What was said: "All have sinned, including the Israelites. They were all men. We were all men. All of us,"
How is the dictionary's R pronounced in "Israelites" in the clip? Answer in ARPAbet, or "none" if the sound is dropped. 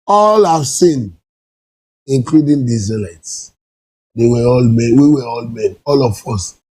none